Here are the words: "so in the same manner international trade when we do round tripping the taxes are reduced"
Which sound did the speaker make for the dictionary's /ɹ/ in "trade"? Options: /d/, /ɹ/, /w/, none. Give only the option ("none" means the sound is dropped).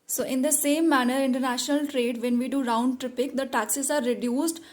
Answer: /ɹ/